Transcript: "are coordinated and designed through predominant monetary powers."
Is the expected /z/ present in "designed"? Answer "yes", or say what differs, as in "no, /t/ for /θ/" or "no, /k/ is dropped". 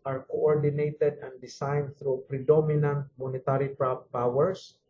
no, /s/ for /z/